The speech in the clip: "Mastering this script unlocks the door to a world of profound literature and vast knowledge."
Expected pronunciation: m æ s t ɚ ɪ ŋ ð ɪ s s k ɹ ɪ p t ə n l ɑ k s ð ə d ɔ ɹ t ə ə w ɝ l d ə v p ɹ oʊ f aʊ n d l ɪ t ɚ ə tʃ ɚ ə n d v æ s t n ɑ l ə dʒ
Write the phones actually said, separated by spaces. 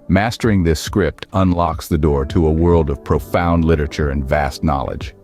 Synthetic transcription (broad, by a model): m æ s t ɚ ɪ ŋ ð ɪ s s k ɹ ɪ p t ə n l ɑ k s ð ə d ɔ ɹ t ə ə w ɝ l d ə v p ɹ oʊ f aʊ n d l ɪ t ɚ ə tʃ ɚ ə n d v æ s t n ɑ l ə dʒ